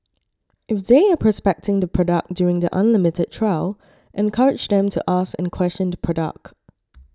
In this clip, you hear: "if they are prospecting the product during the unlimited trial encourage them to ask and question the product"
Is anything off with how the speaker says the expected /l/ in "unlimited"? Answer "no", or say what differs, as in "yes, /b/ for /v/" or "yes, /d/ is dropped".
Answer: no